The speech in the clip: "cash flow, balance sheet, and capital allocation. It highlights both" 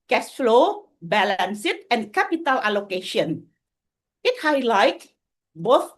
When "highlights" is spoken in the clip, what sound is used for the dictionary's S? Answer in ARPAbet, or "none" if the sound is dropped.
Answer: none